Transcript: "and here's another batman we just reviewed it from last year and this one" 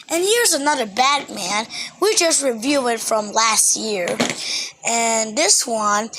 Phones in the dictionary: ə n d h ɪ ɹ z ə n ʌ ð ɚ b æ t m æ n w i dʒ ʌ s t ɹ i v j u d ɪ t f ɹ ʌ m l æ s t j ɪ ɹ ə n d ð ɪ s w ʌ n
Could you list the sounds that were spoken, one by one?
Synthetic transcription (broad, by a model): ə n h ɪ ɹ z ə n ʌ ð ɚ b æ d m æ n w i dʒ ʌ s t ɹ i v j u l ɪ t f ɹ ʌ m l æ s t j ɪ ɹ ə n ð ɪ s w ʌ n